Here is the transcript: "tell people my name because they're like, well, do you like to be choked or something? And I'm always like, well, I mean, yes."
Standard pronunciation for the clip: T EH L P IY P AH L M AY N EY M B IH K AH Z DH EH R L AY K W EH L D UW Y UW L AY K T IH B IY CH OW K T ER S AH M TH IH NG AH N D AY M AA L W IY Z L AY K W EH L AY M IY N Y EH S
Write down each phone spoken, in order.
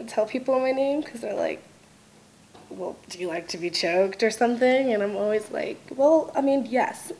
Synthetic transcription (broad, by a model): T EH L P IY P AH N M AY N EY M K AH Z DH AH R L AY K W EH L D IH Y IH L AY K T IH B IY CH OW K T ER S AH M TH IH NG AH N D AY M AA L W IY Z L AY K W EH L AY M IY N Y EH S